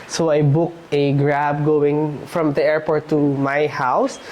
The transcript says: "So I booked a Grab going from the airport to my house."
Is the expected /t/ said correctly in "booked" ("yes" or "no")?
yes